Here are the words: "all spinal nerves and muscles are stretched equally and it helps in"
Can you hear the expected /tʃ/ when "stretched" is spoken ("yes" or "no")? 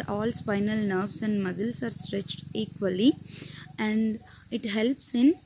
yes